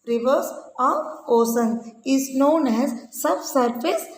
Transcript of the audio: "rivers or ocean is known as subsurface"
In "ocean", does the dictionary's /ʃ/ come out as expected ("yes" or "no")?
no